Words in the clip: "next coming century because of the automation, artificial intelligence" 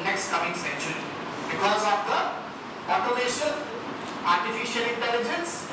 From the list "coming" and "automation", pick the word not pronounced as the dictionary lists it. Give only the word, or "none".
automation